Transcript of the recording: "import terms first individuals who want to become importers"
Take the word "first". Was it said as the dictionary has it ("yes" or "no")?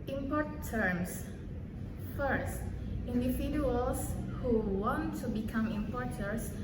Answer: yes